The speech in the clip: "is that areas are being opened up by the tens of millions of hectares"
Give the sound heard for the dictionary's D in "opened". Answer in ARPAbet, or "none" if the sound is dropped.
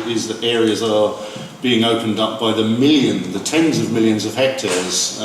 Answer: D